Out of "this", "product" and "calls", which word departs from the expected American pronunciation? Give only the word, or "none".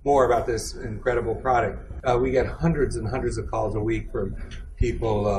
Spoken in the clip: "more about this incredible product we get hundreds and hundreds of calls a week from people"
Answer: none